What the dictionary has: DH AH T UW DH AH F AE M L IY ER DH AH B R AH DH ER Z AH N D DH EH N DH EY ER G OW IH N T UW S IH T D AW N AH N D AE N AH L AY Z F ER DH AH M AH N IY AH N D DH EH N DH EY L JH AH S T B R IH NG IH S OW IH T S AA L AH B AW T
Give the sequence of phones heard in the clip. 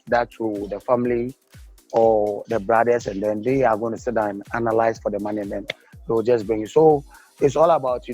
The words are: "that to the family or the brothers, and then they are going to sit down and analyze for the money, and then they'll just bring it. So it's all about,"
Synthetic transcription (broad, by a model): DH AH T UW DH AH F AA M L IY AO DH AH B R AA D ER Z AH N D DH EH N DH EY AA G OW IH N T UW S IH T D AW AH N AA N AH L AY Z F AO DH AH M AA N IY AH N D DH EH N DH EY W JH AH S B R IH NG IH S OW IH T S AA L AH B AW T